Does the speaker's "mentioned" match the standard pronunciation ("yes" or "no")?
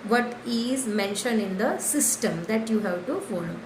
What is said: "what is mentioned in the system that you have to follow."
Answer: yes